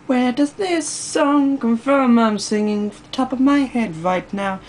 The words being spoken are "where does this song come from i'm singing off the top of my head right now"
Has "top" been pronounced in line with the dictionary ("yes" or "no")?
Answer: yes